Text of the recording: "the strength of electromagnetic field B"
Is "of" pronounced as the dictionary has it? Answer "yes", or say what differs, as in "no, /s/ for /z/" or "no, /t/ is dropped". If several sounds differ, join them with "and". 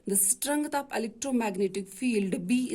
no, /p/ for /v/